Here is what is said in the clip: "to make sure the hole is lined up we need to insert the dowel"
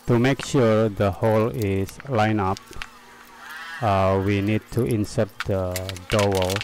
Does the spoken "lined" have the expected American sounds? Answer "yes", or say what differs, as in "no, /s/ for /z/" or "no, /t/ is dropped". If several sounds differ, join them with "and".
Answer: no, /d/ is dropped